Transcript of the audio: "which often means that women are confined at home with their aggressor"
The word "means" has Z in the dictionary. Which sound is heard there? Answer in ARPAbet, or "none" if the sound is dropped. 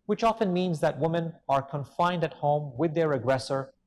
Z